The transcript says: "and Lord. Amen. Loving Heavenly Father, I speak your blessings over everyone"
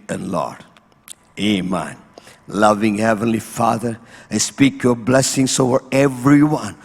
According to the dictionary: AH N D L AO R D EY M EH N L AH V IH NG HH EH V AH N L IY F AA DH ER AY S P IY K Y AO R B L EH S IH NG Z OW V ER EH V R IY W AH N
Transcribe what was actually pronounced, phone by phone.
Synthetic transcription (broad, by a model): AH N L AO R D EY M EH N L AH V IH NG HH EH V AH N L IY F AA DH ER AY S P IY K Y AO R B L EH S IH NG S OW V ER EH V R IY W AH N